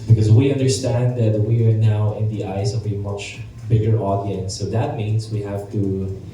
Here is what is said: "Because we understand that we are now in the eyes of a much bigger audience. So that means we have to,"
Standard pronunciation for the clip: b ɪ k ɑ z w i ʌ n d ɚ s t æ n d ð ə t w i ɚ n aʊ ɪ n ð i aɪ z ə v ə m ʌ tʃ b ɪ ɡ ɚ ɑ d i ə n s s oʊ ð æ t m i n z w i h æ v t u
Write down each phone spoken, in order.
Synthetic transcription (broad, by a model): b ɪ k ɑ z w i ʌ n d ɚ s t æ n d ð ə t w i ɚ n aʊ ɪ n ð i aɪ s ə v ə m ʌ tʃ b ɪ ɡ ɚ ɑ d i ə n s s oʊ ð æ t m i n s w i h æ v t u